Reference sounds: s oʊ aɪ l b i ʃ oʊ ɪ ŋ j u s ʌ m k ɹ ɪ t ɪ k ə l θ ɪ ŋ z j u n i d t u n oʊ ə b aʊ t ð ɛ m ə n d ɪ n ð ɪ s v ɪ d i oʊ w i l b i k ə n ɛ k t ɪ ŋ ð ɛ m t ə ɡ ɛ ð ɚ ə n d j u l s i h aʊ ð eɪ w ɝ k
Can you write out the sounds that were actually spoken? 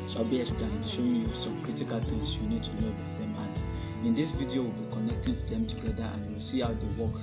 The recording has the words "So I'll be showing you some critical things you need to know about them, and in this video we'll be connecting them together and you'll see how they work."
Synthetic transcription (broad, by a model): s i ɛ n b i ʃ oʊ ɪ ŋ j u s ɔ m k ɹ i t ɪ k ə l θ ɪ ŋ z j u n i d t u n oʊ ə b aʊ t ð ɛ m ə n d ɪ n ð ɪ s v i d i oʊ w i l b i k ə n ɛ k t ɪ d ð ɛ m t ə ɡ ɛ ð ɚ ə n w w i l s i h aʊ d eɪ w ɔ k